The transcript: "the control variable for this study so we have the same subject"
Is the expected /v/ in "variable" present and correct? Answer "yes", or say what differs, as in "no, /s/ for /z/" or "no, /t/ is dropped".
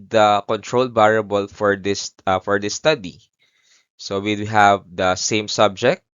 no, /b/ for /v/